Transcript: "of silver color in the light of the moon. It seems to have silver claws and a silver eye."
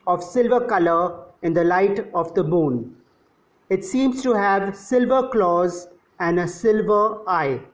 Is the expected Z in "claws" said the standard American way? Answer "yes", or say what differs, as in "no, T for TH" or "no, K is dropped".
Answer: yes